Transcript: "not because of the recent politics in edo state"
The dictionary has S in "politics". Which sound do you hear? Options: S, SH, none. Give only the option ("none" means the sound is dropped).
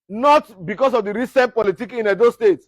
none